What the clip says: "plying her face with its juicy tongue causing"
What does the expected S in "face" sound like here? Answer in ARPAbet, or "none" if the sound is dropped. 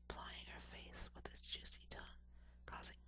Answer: TH